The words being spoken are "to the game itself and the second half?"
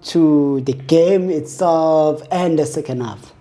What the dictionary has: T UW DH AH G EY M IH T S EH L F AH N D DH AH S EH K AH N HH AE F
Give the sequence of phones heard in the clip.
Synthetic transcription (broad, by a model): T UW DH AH G EY M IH T S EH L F AH N D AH S EH K AH N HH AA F